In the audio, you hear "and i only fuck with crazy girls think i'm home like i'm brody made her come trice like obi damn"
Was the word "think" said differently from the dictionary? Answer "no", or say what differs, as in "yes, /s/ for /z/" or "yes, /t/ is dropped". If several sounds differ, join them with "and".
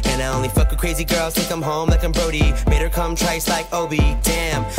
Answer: yes, /ŋ/ is dropped